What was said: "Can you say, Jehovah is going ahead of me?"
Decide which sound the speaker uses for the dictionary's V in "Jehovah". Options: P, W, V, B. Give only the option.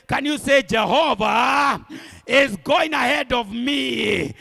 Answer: V